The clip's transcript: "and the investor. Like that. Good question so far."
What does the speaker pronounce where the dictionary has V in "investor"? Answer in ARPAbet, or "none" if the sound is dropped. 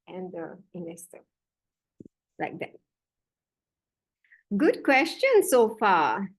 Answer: none